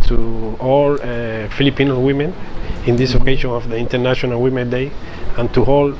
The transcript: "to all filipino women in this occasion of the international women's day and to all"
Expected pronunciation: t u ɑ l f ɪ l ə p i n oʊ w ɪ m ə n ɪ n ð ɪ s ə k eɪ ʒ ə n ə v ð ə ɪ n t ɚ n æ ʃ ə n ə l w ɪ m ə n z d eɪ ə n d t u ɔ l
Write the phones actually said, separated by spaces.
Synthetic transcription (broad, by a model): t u ɑ l f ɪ l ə p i n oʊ w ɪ m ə n ɪ n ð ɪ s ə k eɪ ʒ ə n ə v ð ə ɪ n t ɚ n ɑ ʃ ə n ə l w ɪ m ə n d eɪ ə n t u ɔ l